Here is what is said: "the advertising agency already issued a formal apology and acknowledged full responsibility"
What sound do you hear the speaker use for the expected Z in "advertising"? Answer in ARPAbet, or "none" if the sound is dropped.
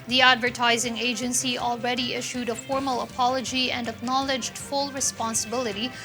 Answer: Z